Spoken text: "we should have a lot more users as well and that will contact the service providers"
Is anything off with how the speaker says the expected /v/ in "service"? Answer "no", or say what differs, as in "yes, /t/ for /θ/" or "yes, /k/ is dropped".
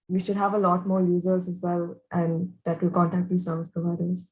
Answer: no